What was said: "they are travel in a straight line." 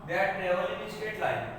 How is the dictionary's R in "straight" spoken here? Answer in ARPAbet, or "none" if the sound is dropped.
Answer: none